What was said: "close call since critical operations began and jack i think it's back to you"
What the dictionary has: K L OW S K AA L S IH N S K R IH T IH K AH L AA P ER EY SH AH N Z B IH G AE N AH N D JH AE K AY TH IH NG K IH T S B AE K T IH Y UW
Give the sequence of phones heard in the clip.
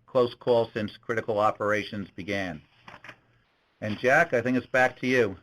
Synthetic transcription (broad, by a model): K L OW S K AA L S IH N S K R IH T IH K L AA P ER EY SH AH N Z B IH G AE N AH N JH AE K AY TH IH NG K IH T S B AE K T IH Y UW